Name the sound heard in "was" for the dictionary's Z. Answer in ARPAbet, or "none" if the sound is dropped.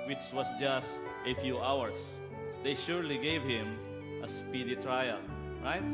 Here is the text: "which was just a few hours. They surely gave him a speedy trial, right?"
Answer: S